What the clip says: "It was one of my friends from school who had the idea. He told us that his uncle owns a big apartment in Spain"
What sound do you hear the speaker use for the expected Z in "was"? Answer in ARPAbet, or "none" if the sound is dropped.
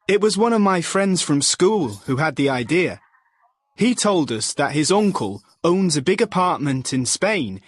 Z